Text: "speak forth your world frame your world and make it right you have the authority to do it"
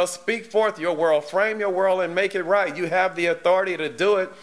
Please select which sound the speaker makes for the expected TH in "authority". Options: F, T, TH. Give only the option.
TH